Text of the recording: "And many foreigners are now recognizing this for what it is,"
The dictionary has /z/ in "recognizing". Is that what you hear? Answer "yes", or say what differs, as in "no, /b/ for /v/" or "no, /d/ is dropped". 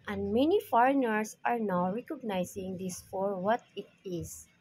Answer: no, /s/ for /z/